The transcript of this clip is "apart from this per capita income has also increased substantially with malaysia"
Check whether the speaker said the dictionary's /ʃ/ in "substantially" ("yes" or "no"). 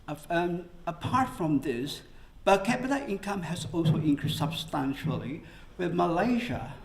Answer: yes